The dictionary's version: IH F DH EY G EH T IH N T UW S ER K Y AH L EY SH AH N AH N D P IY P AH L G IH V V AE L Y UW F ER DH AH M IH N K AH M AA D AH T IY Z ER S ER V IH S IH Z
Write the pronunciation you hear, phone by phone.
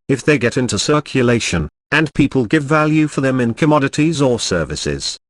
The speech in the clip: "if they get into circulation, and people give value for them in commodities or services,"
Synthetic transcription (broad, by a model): IH F DH EY G EH T IH N T UW S ER K Y AH L EY SH AH N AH N P IY P AH L G IH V V AE L Y UW F ER DH AH M IH N K AH M AA D AH T IY Z ER S ER V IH S IH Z